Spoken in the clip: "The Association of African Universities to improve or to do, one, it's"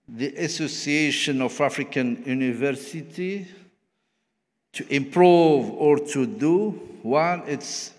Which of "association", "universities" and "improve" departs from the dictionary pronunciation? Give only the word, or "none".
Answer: universities